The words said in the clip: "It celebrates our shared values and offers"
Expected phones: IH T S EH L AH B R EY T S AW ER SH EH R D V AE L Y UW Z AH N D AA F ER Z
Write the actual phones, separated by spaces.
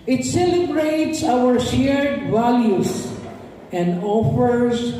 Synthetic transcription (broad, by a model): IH T S EH L AH B R EY T S AW ER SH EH R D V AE L Y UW S AH N D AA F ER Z